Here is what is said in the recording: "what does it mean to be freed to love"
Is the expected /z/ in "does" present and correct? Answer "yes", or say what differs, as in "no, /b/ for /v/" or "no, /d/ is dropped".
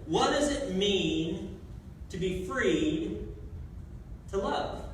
yes